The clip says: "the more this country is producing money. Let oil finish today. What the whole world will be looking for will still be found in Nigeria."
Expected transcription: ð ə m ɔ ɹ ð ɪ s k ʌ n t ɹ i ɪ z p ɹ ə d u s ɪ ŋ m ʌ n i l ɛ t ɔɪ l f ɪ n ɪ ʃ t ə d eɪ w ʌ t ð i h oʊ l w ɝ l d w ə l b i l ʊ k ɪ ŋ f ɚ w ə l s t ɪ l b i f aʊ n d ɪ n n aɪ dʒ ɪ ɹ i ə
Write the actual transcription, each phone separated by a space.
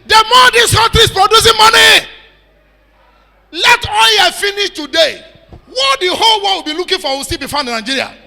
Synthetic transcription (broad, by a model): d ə m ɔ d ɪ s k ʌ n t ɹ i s p ɹ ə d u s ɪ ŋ m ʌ n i l ɛ t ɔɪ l f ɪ n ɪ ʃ t ə d eɪ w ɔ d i h oʊ l w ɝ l w ə l b i l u k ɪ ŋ f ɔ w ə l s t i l b i f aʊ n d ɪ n n aɪ dʒ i ɹ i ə